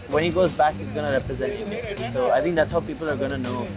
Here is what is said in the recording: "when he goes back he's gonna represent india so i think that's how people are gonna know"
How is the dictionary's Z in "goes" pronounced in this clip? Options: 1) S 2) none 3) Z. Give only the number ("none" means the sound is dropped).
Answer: 3